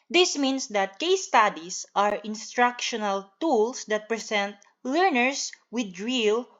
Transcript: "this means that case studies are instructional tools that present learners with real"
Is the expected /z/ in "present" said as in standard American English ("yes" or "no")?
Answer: no